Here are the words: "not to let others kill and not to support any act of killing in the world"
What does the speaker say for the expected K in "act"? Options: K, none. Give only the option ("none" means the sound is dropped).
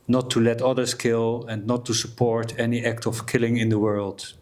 K